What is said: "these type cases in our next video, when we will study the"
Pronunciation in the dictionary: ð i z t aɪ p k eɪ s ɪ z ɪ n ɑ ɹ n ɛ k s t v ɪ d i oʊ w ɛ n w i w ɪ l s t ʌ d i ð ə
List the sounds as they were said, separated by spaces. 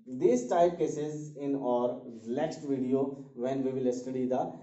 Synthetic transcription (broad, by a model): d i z t aɪ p k eɪ s ɪ z ɪ n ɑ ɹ l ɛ k s t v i d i oʊ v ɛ n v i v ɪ l s t ʌ d i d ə